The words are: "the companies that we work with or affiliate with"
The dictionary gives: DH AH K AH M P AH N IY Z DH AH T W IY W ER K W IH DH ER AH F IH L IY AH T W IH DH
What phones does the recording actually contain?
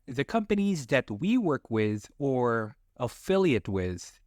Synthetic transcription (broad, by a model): DH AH K AH M P AH N IY Z DH AH T W IY W ER K W IH DH ER AH F IH L IY AH T W IH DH